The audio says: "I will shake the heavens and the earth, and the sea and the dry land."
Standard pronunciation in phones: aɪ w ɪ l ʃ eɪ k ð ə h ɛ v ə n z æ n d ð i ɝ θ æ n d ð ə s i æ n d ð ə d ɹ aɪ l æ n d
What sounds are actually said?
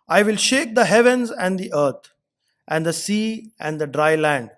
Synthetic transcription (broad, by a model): aɪ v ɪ l ʃ eɪ k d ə h ɛ v ə n z æ n d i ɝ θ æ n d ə s i æ n d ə d ɹ aɪ l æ n d